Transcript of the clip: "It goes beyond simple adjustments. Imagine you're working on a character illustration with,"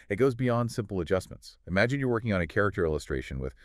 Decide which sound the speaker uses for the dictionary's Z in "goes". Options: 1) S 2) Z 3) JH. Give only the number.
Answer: 2